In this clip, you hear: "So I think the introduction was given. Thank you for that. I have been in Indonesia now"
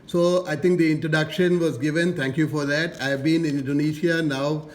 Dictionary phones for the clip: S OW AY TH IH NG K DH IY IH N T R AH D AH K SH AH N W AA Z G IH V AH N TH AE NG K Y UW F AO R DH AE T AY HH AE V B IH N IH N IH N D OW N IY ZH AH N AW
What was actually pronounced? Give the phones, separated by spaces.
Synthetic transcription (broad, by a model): S OW AY T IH NG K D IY IH N T R AH D AH K SH AH N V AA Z G IH V AH N T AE NG K Y UW F AO R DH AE T AY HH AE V B IH N IH N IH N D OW N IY SH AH N AW